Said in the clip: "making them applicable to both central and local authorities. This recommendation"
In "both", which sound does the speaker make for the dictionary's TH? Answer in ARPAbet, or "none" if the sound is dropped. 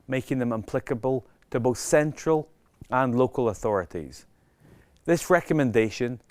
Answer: TH